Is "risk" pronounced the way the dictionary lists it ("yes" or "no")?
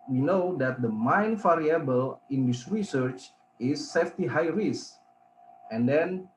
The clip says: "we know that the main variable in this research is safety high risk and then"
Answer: no